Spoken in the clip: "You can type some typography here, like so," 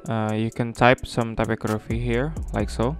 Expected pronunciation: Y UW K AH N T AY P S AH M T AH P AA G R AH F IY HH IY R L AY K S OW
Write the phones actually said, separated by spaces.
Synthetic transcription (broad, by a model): Y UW K AH N T AY P S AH M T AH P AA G R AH F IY HH IY R L AY K S OW